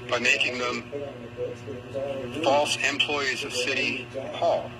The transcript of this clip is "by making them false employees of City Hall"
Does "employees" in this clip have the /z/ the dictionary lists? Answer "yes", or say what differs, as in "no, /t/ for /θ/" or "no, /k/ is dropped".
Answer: yes